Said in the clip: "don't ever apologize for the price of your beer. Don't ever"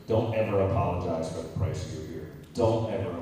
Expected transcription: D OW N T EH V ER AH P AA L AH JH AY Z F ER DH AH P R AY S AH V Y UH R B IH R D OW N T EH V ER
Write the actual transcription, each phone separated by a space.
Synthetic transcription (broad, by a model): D OW N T EH V ER AH P AA L AH JH AY Z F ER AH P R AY AH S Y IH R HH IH R D OW N T EH V ER